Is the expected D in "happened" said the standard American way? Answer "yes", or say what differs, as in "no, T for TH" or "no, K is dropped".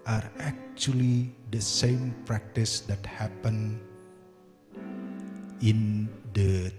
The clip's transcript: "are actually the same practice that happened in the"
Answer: no, D is dropped